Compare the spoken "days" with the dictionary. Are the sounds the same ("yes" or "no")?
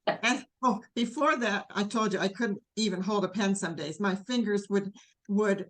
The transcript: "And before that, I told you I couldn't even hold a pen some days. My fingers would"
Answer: yes